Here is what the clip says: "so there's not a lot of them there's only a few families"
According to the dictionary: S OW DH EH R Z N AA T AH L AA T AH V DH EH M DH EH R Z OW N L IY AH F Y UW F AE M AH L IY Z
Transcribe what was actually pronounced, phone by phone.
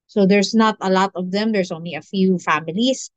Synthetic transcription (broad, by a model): S OW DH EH R S N AA T AH L AA T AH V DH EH M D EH R S OW N L IY AH F Y UW F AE M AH L IY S